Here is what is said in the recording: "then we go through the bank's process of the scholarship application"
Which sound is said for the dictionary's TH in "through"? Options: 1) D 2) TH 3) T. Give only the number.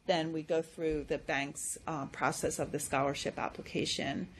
2